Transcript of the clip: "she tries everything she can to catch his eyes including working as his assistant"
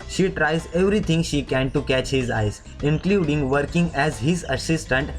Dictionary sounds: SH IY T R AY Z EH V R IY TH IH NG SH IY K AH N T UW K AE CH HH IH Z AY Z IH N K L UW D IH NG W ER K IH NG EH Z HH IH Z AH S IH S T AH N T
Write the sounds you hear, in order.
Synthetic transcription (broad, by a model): SH IY T R AY Z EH V R IY T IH NG SH IY K AH N T UW K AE CH HH IH Z AY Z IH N K L UW D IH NG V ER K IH NG EH Z HH IH Z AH S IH S T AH N T